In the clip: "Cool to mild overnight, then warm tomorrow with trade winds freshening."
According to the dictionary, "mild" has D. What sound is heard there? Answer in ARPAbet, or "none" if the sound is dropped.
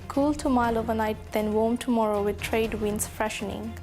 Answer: none